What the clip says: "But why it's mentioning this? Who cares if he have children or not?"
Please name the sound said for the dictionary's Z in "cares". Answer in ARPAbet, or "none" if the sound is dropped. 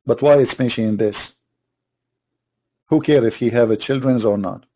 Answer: none